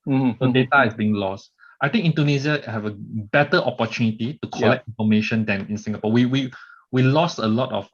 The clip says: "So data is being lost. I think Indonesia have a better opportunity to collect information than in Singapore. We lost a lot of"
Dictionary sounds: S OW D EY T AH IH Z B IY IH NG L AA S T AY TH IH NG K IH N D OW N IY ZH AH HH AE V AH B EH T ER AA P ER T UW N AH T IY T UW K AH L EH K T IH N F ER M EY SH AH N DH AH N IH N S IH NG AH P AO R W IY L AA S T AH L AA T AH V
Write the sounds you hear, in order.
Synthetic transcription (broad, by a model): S OW D EY T AH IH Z B IY IH NG L AA S T AY T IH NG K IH N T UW N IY Z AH HH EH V AH B EH T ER AA P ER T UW N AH T IY T UW K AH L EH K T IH N F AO M EY SH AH N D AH N IH N S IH NG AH P AO W W IY L AA S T AH L AA T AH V